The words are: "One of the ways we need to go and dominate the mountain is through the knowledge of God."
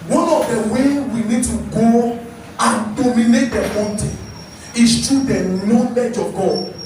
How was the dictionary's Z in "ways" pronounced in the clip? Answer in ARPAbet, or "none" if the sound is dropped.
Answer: none